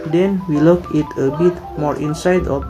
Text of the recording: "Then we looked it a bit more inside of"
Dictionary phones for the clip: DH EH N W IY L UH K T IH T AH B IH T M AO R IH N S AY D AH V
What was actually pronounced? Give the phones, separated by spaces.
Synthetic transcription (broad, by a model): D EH N W IY L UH K IH T AH B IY T M AO R IH N S AY D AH